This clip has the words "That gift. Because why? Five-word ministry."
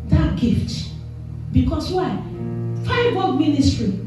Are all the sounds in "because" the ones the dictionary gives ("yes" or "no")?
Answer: no